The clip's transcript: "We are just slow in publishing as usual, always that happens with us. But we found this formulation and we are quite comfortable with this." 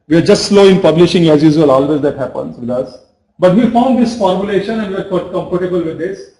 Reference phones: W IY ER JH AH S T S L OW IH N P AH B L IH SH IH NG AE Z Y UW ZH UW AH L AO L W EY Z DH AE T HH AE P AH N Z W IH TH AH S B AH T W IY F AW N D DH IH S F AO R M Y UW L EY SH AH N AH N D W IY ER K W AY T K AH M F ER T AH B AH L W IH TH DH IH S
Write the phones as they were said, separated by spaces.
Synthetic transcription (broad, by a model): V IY ER JH AH S T S L OW IH N P AH B L IH SH IH NG AE Z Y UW Z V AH L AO L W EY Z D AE T HH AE P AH N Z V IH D AH S B AH T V IY F AW N D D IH S F AO R M Y UW L EY SH AH N AH N D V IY ER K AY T K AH M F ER T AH B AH L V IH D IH S